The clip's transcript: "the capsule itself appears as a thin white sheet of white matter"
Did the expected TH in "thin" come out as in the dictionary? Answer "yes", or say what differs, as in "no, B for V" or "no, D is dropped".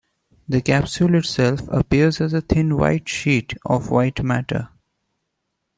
no, T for TH